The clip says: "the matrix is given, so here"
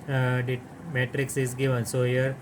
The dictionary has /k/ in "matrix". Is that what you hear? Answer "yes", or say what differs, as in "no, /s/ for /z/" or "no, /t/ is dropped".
yes